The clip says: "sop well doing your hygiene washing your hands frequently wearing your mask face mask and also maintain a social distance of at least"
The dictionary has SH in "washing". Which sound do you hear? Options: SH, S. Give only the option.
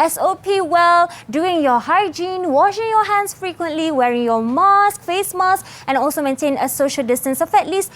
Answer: SH